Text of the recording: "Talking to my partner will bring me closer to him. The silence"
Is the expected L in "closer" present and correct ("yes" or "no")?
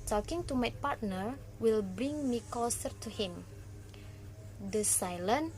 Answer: no